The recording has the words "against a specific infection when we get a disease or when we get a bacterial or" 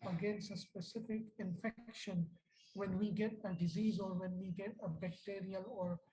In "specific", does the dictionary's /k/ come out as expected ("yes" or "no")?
yes